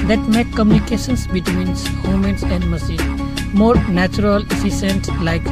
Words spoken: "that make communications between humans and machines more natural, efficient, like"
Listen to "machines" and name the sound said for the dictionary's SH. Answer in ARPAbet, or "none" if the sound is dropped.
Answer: S